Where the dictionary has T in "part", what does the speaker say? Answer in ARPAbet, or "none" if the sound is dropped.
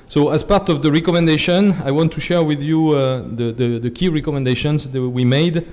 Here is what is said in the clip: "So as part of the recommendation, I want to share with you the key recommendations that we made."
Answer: T